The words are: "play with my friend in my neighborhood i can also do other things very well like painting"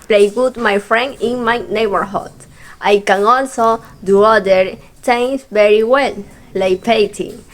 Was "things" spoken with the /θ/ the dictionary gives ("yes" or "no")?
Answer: no